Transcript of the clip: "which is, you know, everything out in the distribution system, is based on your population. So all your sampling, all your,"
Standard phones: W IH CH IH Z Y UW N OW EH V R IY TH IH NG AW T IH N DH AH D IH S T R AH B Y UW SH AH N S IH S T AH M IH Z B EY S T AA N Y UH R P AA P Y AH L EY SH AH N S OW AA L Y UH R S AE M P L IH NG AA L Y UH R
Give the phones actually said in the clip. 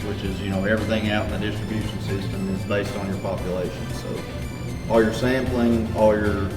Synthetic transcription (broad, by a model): W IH CH IH Z Y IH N OW EH V R IY TH IH NG AW T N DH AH D IH S T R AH B Y UW SH N S IH S T AH M IH Z B EY S T N Y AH R P AA P Y AH L EY SH AH N S OW AA L Y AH R S AE M P L IH NG AA L Y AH R